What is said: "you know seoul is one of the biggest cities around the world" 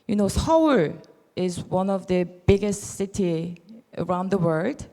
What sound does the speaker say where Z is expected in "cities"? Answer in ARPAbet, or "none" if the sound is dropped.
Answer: none